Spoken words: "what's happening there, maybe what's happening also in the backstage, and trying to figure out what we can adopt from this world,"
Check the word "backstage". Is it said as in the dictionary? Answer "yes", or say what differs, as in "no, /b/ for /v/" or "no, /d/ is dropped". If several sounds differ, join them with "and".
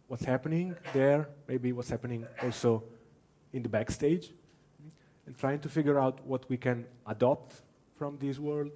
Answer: yes